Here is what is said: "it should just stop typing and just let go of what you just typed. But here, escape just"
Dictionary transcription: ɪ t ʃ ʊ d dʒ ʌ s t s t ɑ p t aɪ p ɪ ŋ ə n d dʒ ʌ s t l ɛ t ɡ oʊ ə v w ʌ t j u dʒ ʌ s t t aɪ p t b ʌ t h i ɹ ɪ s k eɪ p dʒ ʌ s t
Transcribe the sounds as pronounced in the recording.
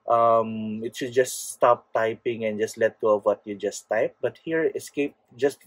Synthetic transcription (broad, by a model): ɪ t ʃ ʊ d dʒ ʌ s t s t ɑ p t aɪ p ɪ ŋ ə n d dʒ ʌ s t l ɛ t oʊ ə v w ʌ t j u dʒ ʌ s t t aɪ p b ʌ t h i ɹ ɪ s k eɪ p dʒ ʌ s t